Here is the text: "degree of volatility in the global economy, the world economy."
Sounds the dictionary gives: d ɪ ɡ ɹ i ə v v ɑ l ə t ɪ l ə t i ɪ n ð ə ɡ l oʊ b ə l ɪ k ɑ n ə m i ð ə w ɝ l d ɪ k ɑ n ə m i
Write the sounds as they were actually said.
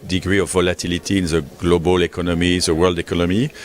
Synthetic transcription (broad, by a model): d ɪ ɡ ɹ i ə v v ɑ l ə t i l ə t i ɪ n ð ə ɡ l oʊ b ə l ɪ k ɑ n ə m i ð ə w ɝ l d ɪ k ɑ n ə m i